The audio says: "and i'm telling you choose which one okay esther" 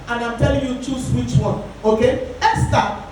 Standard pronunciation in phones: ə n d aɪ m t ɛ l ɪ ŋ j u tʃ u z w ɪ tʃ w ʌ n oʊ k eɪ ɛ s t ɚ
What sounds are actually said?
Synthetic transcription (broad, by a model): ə n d aɪ m t ɛ l ɪ ŋ j u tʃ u s w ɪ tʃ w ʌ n oʊ k eɪ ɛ s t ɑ